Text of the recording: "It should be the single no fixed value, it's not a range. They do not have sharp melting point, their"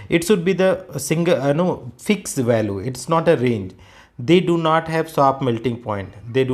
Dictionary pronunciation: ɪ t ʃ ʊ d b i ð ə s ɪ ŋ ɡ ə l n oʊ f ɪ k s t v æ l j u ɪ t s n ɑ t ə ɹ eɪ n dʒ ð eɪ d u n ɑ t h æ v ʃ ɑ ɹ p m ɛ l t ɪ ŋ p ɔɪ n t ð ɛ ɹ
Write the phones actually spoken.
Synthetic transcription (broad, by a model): ɪ t ʃ ʊ d b i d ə s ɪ ŋ ɡ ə n oʊ f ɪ k s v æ l j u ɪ t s n ɑ t ə ɹ eɪ n dʒ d eɪ d u n ɑ t h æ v s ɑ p m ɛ l t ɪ ŋ p ɔɪ n t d ɛ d